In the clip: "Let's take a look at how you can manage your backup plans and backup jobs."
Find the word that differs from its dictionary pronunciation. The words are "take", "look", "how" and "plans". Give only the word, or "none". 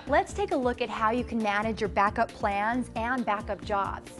none